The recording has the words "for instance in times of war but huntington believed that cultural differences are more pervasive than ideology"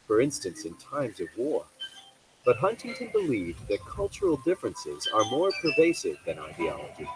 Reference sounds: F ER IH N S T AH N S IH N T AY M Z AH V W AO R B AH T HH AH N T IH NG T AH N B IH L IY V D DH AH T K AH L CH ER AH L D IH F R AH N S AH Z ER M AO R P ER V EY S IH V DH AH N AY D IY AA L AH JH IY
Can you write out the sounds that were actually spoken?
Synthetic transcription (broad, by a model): F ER IH N S T AH N S IH N T AY M Z AH V W AO R B AH T HH AH N T IH NG T AH N B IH L IY V DH AH T K AH L CH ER L D IH F R AH N S AH Z ER M AO R P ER V EY S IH V DH AH N AY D IY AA L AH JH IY